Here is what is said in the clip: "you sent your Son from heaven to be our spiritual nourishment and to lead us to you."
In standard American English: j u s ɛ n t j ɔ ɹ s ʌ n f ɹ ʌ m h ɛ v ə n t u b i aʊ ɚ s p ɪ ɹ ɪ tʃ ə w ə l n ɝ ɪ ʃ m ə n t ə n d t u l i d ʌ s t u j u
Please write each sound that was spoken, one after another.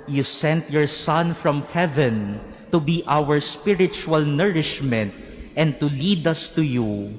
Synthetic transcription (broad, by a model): j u s ɛ n t j ɔ ɹ s ʌ n f ɹ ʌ m h ɛ v ə n t u b i aʊ ɚ s p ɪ ɹ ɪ tʃ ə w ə l n ɝ ɪ ʃ m ə n t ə n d t u l i d ʌ s t u j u